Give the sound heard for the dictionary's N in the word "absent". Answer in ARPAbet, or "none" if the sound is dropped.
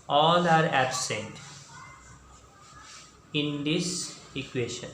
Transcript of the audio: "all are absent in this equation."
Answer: N